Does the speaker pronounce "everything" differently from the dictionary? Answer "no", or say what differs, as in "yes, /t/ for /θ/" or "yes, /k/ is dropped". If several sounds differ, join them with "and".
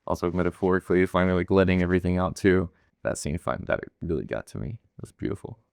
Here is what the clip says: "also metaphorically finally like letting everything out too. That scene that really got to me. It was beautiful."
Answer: no